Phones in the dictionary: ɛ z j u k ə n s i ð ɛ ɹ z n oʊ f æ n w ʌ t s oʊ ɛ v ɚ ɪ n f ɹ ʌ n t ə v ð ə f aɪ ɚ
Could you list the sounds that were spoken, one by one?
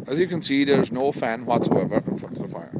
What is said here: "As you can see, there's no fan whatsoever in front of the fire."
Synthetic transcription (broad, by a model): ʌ z j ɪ k ə n s i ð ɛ ɹ z n oʊ f æ n w ʌ t s oʊ ɛ v ɚ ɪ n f ʌ t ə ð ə f aɪ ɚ